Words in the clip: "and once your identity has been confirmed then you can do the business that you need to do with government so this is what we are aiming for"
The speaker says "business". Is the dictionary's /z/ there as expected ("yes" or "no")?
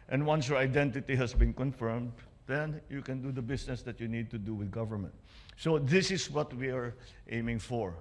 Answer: no